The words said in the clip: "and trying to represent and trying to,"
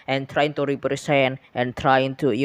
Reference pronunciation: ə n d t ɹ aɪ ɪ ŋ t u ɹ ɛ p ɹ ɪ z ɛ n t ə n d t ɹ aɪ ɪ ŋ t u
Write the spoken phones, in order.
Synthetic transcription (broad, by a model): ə n t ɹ aɪ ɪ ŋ t u ɹ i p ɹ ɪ s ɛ n t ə n t ɹ aɪ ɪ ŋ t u